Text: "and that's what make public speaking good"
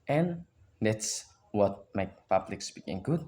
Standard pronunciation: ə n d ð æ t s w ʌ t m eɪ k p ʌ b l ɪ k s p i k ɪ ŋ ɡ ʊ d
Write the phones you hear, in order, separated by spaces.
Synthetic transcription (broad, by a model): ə n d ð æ t s w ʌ t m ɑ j p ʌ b l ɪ k s b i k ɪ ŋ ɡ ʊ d